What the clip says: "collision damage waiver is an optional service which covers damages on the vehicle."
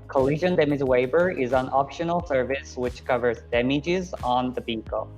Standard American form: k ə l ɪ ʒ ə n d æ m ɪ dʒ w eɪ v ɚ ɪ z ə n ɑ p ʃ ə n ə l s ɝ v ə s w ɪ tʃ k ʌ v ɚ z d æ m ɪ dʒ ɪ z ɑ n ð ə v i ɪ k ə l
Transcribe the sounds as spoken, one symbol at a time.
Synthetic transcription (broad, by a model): k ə l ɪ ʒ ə n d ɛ m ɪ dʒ w eɪ b ɚ ɪ z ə n ɑ p ʃ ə n l s ɝ v ə s w ɪ tʃ k ʌ v ɚ z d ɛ m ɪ dʒ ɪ z n ð ə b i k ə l